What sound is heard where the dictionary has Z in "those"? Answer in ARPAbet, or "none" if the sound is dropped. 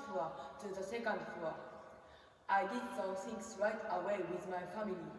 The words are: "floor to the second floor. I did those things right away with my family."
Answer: none